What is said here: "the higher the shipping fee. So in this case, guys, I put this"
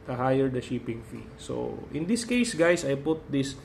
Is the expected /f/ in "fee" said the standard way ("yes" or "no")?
yes